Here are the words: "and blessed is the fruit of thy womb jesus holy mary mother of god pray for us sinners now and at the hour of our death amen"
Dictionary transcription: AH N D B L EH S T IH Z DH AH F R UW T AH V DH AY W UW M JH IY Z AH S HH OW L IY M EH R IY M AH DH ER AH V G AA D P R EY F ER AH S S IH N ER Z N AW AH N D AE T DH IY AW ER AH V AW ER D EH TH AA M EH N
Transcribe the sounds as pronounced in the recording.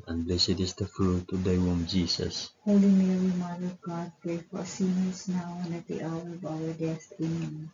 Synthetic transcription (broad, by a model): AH N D B L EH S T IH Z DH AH F R UW T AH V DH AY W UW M JH IY S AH S HH OW L IY M EH R IY M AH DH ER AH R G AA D P R EY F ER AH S S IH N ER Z N AW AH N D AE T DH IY AW ER AH V AW ER D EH T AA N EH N